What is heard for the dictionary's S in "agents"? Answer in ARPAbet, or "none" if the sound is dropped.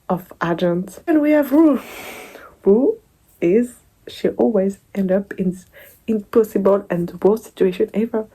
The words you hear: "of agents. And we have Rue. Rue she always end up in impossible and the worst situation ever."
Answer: none